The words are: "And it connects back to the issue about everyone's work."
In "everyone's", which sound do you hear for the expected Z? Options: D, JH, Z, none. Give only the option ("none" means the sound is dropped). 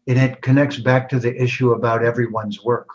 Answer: Z